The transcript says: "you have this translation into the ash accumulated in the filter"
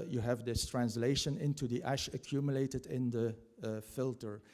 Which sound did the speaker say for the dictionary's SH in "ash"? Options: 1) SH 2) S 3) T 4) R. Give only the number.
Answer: 1